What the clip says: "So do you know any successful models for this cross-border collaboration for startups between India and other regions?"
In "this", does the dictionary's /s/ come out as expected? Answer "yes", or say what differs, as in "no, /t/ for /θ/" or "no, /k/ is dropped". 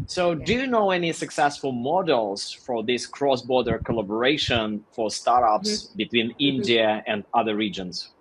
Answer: yes